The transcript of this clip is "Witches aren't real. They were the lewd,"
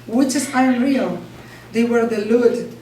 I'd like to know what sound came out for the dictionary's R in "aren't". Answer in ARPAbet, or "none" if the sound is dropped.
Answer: none